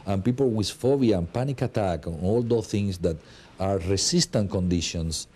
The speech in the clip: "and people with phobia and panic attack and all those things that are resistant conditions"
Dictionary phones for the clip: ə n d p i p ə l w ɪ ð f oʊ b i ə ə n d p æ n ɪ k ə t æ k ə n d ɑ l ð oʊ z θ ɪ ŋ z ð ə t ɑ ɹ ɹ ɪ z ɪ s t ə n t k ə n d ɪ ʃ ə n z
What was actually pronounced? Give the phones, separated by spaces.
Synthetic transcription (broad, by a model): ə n p i p ə l w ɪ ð f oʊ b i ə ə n p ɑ n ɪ k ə t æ k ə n ɑ l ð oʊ θ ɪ ŋ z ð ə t ɑ ɹ ɹ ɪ s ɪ s t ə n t k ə n d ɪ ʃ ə n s